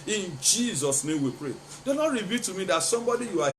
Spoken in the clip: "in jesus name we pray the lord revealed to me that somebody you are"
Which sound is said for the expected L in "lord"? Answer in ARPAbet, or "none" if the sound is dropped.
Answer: N